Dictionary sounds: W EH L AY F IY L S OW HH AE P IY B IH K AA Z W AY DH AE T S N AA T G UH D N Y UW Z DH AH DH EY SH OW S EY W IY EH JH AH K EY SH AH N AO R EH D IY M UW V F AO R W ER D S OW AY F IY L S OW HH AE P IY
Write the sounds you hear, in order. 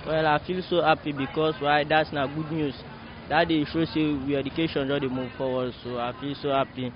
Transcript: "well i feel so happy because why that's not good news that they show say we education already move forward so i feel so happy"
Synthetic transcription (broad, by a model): W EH L AY F IY L S OW HH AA P IY B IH K AA S W AY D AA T S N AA G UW D N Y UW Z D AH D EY SH OW S EY W IY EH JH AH K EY SH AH N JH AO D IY M UW V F AO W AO S OW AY F IY L S OW HH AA P IY